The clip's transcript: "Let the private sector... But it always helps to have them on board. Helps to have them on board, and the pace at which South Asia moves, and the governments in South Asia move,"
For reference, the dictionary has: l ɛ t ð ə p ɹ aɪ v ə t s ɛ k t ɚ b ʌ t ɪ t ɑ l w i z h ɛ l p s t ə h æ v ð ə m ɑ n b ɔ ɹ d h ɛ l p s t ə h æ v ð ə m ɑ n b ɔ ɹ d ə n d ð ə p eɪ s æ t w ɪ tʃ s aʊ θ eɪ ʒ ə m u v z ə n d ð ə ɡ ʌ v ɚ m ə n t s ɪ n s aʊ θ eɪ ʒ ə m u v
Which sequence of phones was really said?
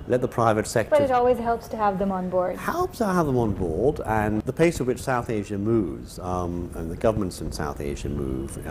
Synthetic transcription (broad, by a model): l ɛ t ð ə p ɹ aɪ v ə t s ɛ k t b ʌ t ɪ t ɑ l w i z h ɛ l p s t ə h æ v ð ə m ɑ n b ɔ ɹ d h ɛ l p s t ə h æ v ð ə m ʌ n b ɔ ɹ d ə n ð ə p eɪ s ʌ w ɪ tʃ s aʊ θ eɪ ʒ ə m u v z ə n ð ə ɡ ʌ v ɚ m ə n t s ɪ n s aʊ θ eɪ ʒ ə m u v